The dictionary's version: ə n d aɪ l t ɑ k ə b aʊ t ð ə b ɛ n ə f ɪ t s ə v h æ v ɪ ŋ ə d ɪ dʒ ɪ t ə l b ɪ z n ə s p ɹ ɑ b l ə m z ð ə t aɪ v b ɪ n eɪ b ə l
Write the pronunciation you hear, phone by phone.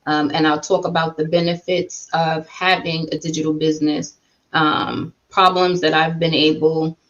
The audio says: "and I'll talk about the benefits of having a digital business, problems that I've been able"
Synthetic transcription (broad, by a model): ə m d aɪ l t ɑ k ə b aʊ t ð ə b ɛ n ə f ɪ t s ə v h æ v ɪ ŋ ə d ɪ dʒ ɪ t l b ɪ z n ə s p ɹ ɑ b l ə m z ð ə t aɪ v b ɪ n eɪ b l